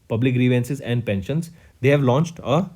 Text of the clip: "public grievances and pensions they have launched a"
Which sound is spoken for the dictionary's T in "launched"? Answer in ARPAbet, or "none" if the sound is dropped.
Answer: T